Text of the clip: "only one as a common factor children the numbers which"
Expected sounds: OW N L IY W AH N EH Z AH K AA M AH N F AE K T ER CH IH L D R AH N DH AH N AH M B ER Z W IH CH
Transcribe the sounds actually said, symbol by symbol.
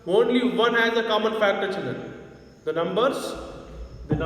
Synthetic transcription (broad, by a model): OW N L IY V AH N EH Z AH K AA M AH N F AE K T ER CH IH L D AH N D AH N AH M B ER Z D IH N